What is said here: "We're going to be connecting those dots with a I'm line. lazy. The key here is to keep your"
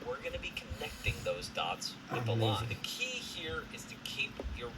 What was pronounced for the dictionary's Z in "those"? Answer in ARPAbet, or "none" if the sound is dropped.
Z